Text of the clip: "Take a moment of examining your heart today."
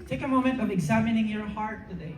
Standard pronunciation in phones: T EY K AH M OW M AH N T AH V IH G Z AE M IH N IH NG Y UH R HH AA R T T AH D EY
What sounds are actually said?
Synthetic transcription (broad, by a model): T EY K AH M OW M AH N T AH V IH G Z AE M IH N IH NG Y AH R HH AA R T T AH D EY